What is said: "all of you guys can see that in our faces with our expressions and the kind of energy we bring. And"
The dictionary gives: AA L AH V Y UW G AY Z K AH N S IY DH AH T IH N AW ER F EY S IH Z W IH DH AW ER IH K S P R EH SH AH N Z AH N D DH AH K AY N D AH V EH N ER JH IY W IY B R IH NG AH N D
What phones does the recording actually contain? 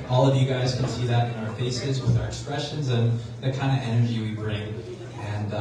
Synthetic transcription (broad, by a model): AA L AH V Y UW G AY Z K AH N S IY DH AH T IH N AW ER F EY S IH Z W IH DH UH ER IH K S P R EH SH AH N Z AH N DH AH K AY N D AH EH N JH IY W IY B R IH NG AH N